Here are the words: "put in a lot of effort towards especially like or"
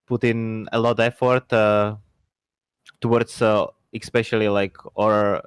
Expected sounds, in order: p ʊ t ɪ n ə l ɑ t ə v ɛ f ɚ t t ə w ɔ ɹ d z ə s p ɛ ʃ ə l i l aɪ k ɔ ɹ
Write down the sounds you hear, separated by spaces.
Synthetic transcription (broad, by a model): p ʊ t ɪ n ə l ɑ t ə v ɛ f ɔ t t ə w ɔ ɹ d s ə s p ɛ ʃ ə l i l aɪ k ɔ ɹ